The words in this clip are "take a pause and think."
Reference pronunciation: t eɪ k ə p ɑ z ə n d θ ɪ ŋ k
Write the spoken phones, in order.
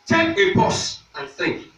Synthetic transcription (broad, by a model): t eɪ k ə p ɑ s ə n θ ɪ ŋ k